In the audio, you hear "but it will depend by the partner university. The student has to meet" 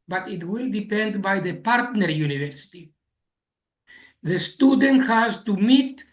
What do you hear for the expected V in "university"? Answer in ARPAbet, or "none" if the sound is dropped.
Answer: V